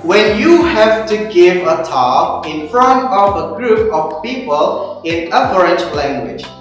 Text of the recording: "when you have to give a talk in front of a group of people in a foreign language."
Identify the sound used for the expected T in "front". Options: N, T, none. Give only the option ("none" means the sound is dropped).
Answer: T